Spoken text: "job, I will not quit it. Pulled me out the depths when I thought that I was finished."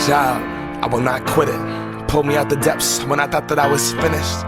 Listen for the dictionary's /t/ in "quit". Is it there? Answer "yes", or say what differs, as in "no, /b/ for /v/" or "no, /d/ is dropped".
yes